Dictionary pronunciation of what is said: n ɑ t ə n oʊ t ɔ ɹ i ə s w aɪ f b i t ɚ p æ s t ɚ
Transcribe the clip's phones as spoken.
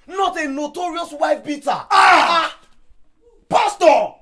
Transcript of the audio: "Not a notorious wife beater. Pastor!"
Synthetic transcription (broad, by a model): n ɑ t ə n oʊ t ɔ ɹ i ə s w aɪ f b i t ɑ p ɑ s t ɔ